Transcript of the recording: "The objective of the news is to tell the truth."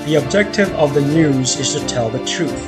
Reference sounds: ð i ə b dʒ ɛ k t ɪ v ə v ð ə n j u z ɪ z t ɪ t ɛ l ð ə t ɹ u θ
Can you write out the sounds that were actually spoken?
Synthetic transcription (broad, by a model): ð i ə b dʒ ɛ k t ɪ v ə v ð ə n j u z ɪ z t ɪ t ɛ l ð ə t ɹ u θ